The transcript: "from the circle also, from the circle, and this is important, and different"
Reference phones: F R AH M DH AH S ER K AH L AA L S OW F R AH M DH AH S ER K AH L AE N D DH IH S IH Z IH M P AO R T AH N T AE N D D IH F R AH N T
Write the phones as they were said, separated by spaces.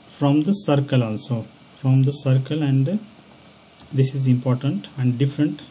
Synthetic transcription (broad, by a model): F R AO M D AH S ER K AH L AA L S OW F R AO M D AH S ER K AH L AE N D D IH S IH Z IH M P AO R T AH N T AE N D D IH F R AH N T